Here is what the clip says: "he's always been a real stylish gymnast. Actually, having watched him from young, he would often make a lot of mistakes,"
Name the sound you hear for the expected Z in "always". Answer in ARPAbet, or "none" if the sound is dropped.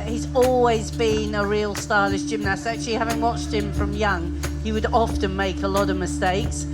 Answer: Z